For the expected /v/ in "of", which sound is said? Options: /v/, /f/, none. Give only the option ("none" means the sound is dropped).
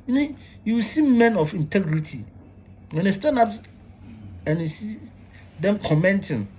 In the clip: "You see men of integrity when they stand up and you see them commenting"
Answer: /f/